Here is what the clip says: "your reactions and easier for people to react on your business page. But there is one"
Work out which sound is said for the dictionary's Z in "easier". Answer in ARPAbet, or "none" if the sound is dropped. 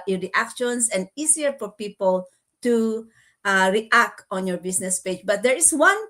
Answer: S